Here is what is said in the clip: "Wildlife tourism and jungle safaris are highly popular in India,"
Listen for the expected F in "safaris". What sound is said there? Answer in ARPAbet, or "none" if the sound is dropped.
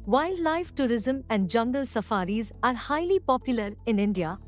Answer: F